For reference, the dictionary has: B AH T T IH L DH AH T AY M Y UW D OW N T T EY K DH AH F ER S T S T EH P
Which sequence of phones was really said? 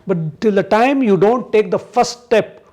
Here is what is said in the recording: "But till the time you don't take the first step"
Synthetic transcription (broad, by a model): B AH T T IH L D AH T AY M Y UW D OW N T T EY K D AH F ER T S T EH P